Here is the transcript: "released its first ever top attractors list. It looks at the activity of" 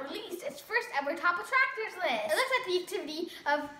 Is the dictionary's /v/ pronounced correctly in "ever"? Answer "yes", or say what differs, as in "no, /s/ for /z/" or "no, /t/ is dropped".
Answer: no, /w/ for /v/